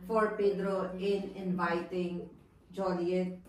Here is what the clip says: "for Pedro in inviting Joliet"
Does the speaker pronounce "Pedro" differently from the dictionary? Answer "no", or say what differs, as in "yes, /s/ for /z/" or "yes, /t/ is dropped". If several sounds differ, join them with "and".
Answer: no